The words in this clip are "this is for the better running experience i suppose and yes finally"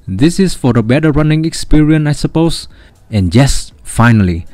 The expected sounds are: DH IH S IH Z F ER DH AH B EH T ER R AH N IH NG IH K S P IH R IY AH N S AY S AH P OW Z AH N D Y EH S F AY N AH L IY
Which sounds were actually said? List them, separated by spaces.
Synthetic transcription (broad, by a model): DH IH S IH S F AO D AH B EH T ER R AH N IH NG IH K S P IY R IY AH N AY S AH P OW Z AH N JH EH S F AY N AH L IY